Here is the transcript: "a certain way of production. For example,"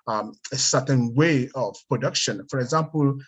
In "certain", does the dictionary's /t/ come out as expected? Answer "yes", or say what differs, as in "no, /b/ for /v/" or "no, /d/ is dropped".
no, /s/ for /t/